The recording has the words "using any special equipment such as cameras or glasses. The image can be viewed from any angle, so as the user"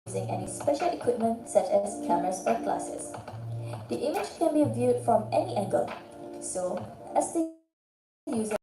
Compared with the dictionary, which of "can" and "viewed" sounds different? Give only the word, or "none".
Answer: none